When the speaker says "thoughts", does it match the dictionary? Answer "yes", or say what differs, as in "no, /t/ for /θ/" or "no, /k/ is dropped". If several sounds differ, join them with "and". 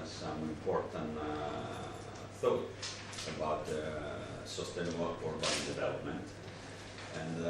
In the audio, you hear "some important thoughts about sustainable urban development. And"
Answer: no, /s/ is dropped